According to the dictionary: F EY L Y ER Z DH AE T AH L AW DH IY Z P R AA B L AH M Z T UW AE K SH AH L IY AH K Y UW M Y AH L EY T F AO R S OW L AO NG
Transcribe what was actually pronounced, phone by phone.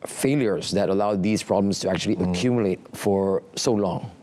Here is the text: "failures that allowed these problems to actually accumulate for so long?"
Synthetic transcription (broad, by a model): F EY L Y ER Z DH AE T AH L AW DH IY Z P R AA B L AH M S T UW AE K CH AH L IY AH K Y UW M Y AH L EY T F AO R S OW L AO NG